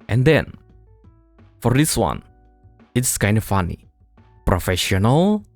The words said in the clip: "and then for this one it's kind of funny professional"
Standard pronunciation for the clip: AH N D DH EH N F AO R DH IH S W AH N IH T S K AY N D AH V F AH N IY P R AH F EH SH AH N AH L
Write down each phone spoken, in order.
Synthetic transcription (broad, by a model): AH N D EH N F AO R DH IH S W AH N IH T S K AY N D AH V F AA N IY P R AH F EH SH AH N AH L